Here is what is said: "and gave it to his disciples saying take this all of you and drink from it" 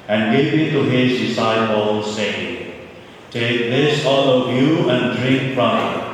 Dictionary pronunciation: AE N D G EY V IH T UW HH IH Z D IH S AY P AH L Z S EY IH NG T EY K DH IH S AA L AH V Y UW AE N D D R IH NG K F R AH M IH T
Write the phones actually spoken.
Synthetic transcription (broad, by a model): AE N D G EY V IH T UW HH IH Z D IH S AY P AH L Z S EY IH NG T EY K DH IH S AA L AH V Y UW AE N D D R IH NG K P R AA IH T